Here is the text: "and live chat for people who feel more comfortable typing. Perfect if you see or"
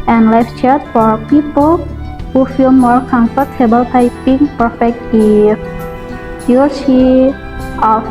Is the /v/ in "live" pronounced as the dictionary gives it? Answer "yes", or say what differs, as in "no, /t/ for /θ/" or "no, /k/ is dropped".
no, /f/ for /v/